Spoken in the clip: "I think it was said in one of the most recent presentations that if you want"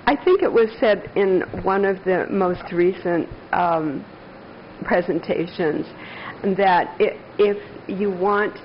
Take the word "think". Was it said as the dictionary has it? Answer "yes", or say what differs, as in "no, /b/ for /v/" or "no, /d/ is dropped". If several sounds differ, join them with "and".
yes